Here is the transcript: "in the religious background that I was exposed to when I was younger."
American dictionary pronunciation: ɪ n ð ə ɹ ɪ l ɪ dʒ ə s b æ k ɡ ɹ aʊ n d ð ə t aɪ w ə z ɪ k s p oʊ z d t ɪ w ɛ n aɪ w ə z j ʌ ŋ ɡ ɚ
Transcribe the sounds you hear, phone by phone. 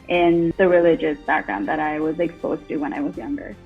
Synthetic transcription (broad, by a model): ɪ n ð ə ɹ ɪ l ɪ dʒ ə s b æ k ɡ ɹ aʊ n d ð ə t aɪ w ə z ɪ k s p oʊ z t ɪ w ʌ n aɪ w ə z j ʌ ŋ ɡ ɚ